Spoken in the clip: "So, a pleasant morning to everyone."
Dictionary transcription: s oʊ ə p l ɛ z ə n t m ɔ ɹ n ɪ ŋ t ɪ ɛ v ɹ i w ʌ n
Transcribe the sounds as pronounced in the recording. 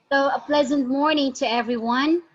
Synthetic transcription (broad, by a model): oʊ ə p l ɛ z ə n t m ɔ ɹ n ɪ ŋ t ɪ ɛ v ɹ i w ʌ n